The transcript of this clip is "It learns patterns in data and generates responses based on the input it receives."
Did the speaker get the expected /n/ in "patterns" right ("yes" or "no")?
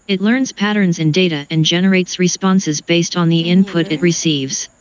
yes